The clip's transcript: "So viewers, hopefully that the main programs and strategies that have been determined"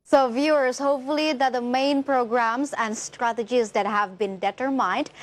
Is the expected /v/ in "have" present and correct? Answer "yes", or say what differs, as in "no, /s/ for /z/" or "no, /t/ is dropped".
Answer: yes